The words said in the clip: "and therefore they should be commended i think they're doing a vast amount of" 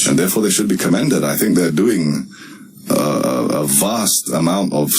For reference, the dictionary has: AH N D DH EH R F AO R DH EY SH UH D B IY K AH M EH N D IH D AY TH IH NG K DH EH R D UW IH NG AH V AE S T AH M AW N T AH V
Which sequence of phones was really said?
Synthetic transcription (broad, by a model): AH N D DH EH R F AO R DH EY SH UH D B IY K AH M EH N D IH D AY TH IH NG K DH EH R D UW IH NG AH V AE S T AH M AW N T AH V